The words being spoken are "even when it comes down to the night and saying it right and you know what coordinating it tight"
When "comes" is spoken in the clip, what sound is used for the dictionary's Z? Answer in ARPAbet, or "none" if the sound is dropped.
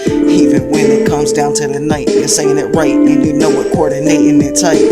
Z